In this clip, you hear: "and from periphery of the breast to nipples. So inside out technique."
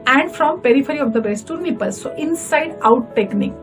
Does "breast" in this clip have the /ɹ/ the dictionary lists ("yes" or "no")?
no